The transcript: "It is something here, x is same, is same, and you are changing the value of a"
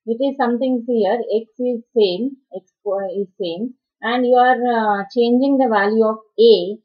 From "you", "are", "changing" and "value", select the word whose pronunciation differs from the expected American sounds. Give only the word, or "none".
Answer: none